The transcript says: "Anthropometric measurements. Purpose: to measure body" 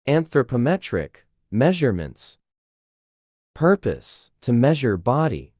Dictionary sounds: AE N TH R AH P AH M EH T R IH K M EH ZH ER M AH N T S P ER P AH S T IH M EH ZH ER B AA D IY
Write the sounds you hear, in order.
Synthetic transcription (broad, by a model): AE N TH R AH P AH M EH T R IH K M EH ZH ER M AH N T S P ER P AH S T IH M EH ZH ER B AA D IY